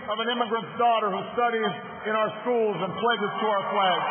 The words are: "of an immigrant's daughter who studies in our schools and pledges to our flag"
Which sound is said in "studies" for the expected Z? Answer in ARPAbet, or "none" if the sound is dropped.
Z